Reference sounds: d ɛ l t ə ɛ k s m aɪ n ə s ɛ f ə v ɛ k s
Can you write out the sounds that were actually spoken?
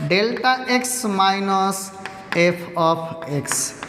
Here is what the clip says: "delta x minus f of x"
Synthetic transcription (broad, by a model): d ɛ l t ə ɛ k s m aɪ n ə s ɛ p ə p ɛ k s